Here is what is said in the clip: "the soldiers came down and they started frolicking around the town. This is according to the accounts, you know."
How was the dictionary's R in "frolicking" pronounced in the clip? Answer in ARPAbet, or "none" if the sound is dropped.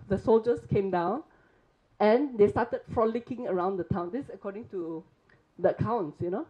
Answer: R